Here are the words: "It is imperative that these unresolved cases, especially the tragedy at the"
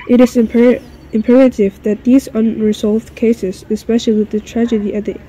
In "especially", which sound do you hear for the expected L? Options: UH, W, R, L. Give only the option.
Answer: W